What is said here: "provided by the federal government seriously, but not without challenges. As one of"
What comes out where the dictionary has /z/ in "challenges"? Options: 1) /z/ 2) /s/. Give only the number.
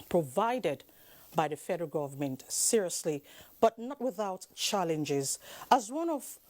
1